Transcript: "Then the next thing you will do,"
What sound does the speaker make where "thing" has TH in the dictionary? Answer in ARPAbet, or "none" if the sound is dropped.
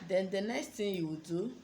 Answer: T